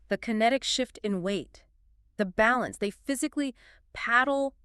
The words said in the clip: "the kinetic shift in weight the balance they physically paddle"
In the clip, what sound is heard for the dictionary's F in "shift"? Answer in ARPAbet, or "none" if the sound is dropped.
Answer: F